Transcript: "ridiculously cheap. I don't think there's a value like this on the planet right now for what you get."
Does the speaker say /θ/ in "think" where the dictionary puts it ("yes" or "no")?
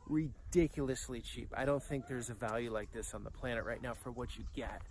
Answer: yes